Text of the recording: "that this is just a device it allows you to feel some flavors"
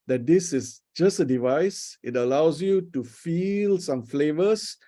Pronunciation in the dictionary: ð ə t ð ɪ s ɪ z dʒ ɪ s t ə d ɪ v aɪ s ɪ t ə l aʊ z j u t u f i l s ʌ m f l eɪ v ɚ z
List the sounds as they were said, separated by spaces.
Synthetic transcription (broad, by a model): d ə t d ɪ s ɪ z dʒ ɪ s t ə d ɪ v aɪ s ɪ t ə l aʊ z j u t u f i l s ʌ m f l eɪ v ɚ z